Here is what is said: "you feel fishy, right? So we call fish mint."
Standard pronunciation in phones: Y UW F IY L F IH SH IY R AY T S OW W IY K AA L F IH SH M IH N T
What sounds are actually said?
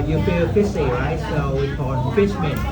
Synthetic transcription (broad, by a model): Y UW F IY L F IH S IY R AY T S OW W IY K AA N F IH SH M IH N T